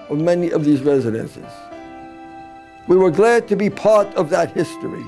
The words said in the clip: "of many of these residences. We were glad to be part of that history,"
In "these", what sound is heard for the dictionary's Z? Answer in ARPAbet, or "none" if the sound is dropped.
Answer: Z